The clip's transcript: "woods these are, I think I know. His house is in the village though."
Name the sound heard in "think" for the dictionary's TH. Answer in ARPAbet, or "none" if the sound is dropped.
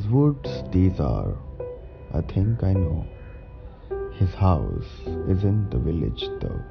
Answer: T